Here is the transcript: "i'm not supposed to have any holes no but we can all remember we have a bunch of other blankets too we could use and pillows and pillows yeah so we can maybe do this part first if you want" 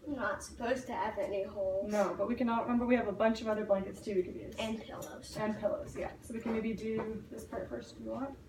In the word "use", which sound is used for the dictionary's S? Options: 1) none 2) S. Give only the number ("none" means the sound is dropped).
1